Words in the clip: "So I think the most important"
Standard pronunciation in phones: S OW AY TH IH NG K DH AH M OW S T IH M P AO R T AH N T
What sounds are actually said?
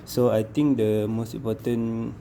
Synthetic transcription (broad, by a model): S OW AY T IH NG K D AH M OW S T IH M P AO T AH N